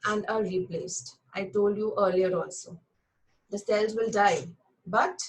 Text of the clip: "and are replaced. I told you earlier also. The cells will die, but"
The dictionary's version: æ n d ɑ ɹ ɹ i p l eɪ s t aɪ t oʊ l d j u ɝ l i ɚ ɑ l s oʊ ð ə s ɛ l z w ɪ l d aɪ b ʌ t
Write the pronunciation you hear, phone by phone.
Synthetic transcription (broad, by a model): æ n d ɑ ɹ ɹ i p l eɪ s t aɪ t oʊ l d j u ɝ l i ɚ ɑ l s oʊ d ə s ɛ l z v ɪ l d aɪ b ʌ t